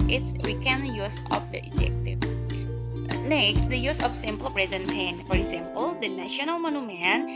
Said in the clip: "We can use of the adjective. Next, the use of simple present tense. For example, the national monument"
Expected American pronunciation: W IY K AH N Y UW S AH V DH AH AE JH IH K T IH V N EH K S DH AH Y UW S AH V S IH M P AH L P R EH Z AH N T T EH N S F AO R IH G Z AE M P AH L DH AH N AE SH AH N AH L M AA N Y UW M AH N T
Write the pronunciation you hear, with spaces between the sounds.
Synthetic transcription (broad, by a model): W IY K AH N Y UW S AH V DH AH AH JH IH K T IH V N EH K S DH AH Y UW S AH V S IH M P AH L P R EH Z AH N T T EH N F AO R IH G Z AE M P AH L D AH N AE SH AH N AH L M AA N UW M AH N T